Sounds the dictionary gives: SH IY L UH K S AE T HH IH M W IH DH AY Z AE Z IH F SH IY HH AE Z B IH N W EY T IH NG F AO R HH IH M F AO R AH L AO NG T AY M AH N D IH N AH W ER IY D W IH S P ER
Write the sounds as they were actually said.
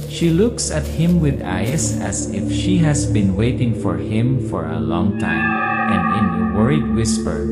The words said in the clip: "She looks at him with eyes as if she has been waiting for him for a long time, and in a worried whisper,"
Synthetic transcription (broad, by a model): SH IY L UH K S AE T HH IH M W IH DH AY S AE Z IH F SH IY HH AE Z B IH N W EY T IH NG F AO R HH IH M F AO R AH L AO NG T AY M AH N D IH N AH W ER IY D W IH S P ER